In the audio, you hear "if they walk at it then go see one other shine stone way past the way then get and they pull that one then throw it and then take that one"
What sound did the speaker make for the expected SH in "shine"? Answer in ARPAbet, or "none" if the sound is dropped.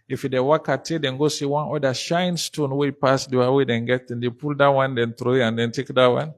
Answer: SH